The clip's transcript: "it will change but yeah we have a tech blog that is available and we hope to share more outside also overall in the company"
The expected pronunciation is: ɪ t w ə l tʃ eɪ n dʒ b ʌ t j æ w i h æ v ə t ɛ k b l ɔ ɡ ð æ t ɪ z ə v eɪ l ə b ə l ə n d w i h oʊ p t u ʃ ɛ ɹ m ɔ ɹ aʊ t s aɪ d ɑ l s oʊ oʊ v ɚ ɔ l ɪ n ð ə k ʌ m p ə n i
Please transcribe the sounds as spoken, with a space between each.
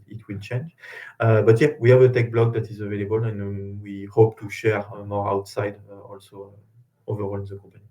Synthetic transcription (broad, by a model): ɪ t w ə l tʃ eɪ n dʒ b ʌ t j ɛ w i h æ v ə t ɛ k b l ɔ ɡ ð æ t ɪ z ə v eɪ l ə b ə l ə n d w i h oʊ p t u ʃ ɛ ɹ m ɔ ɹ aʊ t s aɪ d ɑ l s oʊ oʊ v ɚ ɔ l ɪ n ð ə k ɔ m p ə n i